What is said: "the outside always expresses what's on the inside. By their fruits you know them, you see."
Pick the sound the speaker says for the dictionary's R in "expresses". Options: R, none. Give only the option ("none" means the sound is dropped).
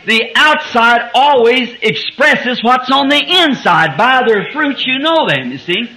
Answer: R